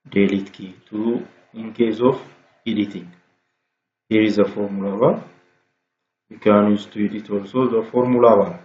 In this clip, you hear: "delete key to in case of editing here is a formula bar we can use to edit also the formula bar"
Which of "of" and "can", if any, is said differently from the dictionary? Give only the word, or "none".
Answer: of